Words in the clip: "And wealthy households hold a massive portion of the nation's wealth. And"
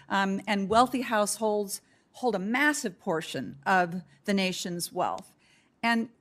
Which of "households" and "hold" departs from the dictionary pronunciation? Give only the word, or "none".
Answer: none